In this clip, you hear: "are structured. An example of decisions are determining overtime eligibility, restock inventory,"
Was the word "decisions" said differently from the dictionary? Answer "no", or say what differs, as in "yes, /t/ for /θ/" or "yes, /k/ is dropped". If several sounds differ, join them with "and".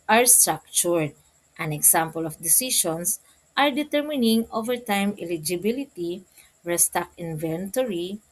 yes, /ʃ/ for /ʒ/